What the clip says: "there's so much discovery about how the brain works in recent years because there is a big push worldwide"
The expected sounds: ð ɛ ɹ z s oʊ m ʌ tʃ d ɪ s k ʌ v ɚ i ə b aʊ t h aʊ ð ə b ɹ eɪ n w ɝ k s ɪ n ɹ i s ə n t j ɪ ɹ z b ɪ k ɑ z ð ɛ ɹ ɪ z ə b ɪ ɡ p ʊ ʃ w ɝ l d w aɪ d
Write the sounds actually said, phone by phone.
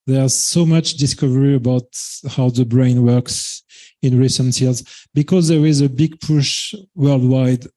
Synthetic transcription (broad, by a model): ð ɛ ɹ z s oʊ m ʌ tʃ d ɪ s k ʌ v ɚ i ə b aʊ t h aʊ ð ə b ɹ eɪ n w ɝ k s ɪ n ɹ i s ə n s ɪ l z b ɪ k ɑ z ð ɛ ɹ ɪ z ə b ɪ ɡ p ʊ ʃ w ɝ l d w aɪ d